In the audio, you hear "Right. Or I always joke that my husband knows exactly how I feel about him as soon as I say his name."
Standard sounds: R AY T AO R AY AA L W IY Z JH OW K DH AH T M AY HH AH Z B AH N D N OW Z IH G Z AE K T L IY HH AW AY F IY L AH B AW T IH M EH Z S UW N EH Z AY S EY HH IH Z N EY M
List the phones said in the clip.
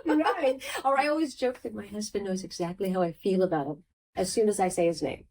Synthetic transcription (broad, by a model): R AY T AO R AY AA L W IY Z JH OW K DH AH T M AY HH AH Z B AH N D N OW Z IH G Z AE K T L IY HH AW AY F IY L AH B AW T IH M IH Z S UW N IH Z AY S EY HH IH Z N EY M